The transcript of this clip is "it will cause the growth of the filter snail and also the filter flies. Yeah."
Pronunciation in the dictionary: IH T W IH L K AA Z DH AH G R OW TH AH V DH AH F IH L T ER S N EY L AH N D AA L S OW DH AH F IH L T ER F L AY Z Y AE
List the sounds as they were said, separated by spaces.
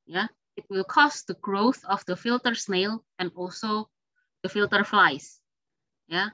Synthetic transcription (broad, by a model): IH T W IH L K AA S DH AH G R OW TH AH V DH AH F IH L T ER S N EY L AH N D AA L S OW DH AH F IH L T ER F L AY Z Y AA